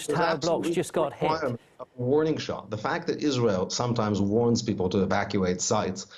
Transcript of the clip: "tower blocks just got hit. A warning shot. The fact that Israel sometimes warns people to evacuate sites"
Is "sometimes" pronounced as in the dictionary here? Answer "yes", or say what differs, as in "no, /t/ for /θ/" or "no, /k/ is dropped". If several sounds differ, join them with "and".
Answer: yes